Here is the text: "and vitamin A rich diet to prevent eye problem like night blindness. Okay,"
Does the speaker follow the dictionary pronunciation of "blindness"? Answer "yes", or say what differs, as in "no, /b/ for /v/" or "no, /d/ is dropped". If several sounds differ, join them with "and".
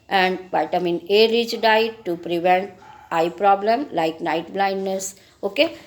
yes